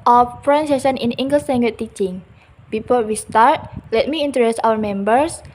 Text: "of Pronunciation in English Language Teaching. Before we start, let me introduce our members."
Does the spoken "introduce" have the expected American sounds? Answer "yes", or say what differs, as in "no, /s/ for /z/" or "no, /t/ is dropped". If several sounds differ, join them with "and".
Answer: no, /ɹ/ is dropped